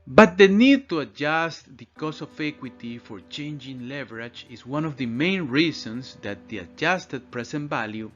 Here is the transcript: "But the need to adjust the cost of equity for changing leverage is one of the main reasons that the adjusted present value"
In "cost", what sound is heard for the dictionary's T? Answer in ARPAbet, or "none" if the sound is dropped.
none